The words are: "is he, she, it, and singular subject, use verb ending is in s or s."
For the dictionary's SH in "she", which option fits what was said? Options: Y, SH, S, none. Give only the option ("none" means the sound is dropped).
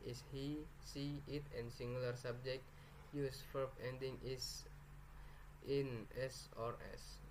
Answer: S